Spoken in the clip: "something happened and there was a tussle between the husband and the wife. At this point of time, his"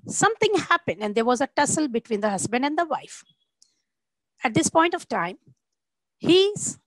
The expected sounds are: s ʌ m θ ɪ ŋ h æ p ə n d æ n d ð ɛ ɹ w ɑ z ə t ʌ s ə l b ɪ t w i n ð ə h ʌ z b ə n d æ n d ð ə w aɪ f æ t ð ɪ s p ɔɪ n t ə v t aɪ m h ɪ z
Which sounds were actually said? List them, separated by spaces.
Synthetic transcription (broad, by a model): s ʌ m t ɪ ŋ h æ p ə n d æ n d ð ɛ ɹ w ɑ z ə t ʌ s ə l b ɪ t w i n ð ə h ʌ z b ə n d æ n d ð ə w aɪ f æ t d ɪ s p ɔɪ n t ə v t aɪ m h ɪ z